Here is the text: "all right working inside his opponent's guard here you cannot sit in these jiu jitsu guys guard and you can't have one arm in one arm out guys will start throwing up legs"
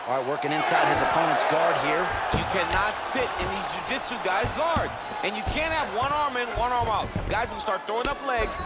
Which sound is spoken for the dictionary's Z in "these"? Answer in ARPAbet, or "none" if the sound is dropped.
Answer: Z